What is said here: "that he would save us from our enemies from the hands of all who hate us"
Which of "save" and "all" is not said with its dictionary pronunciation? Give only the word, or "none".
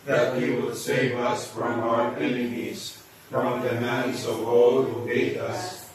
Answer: none